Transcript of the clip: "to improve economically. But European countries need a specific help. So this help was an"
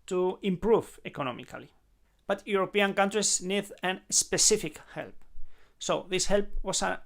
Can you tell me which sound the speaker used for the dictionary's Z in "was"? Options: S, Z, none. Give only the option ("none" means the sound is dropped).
S